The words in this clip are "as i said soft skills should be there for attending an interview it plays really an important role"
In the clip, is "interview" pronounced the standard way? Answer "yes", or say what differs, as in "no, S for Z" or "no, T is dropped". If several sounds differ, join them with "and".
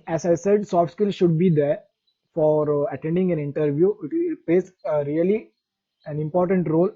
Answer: yes